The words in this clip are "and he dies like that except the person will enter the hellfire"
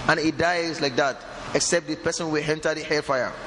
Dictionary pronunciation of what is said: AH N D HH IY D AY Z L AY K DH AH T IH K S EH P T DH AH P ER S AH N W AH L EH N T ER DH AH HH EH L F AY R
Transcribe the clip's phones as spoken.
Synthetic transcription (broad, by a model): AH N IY D AY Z L AY K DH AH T IH K S EH P T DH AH P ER S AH N W AH L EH N T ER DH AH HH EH F AY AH